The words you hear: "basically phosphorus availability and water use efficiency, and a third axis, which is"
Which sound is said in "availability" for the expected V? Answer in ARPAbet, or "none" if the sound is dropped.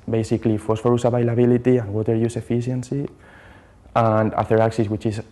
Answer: B